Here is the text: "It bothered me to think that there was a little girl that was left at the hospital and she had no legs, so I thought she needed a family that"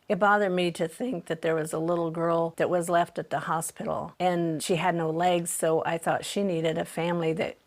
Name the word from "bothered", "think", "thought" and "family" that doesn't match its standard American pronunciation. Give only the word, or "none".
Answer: none